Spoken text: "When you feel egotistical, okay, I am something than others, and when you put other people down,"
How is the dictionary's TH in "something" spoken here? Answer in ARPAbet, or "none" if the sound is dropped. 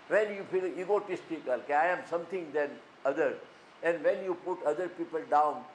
T